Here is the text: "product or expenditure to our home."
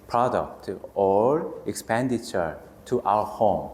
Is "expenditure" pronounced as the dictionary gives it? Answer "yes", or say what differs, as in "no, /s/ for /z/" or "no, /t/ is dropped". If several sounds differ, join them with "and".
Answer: yes